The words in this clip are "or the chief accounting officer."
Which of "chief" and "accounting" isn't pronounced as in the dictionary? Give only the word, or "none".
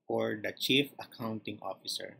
none